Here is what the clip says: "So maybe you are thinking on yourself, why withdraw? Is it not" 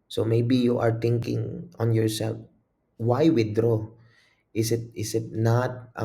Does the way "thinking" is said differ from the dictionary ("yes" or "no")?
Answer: yes